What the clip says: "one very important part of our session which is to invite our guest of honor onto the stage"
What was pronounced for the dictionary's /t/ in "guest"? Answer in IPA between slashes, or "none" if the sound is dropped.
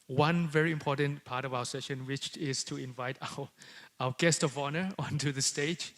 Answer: /t/